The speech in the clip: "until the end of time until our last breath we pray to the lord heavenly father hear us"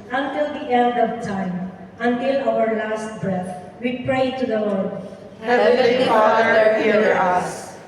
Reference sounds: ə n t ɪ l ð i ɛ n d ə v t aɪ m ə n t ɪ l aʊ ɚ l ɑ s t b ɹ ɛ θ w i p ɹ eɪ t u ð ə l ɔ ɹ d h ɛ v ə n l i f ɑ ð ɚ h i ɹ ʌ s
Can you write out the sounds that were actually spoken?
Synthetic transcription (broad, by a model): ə n t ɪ l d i ɛ n d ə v t aɪ m ə n t ɪ l aʊ ɚ l ɑ s t b ɹ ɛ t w i p ɹ eɪ t u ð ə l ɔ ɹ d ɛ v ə l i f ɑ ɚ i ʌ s